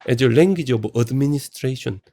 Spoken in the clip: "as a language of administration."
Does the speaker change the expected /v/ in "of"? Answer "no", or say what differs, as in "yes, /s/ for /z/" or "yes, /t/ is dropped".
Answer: yes, /b/ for /v/